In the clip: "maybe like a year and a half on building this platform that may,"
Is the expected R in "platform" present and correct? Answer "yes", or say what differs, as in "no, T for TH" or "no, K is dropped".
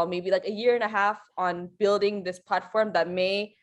yes